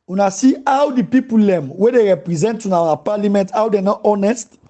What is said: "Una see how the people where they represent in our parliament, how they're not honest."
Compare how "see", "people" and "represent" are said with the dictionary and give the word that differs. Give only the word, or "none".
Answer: none